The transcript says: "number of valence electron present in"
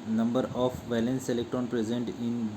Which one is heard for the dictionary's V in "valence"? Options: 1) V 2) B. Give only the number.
1